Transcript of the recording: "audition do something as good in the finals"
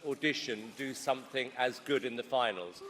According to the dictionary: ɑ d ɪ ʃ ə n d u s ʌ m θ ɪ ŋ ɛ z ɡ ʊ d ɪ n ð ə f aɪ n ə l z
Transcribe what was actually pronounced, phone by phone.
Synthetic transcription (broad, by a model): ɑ d ɪ ʃ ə n d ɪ s ʌ m θ ɪ ŋ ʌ z ɡ ʊ d ɪ n ð ə f aɪ n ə l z